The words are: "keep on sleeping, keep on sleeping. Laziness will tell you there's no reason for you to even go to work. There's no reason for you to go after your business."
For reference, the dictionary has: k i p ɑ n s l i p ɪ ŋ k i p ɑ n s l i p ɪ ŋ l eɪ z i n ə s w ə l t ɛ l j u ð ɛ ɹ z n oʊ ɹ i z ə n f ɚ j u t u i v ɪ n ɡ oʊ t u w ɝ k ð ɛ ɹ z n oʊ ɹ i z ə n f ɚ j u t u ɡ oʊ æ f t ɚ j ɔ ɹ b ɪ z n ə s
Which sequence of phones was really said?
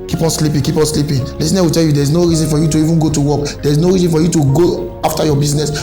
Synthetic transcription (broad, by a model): k i p ɑ n s l i p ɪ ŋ k i p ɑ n s l i p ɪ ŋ l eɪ s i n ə w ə t ɛ l j u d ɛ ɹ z n oʊ ɹ i z ə n f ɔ j u t u i v ɪ n ɡ oʊ t u w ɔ k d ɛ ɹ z n oʊ ɹ i z ə n f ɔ j u t u ɡ oʊ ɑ f t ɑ j ɔ b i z n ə s